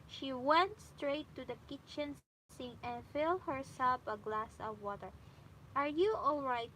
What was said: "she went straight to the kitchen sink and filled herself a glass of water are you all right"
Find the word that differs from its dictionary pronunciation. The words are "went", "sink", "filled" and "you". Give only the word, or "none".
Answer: sink